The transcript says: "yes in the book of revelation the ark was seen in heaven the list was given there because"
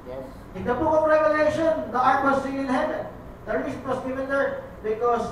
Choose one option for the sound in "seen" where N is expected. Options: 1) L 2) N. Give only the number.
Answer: 1